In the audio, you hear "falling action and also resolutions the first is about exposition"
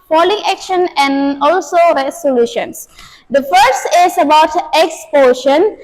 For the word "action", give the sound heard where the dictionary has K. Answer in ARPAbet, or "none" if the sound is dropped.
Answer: K